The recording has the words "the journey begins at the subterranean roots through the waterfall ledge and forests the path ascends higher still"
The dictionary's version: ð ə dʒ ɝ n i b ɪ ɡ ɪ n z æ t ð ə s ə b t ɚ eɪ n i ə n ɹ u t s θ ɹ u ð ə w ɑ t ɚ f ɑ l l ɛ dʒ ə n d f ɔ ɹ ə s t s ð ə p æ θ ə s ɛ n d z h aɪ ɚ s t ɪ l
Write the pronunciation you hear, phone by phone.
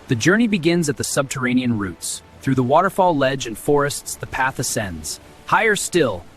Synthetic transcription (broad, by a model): ð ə dʒ ɝ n i b ɪ ɡ ɪ n z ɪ t ð ə s ə b t ɚ eɪ n i ə n ɹ u t s θ ɹ u ð ə w ɑ t ɚ f ɑ l l ɛ dʒ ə n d f ɔ ɹ ə s t s ð ə p æ θ ə s ɛ n d z h aɪ ɚ s t ɪ l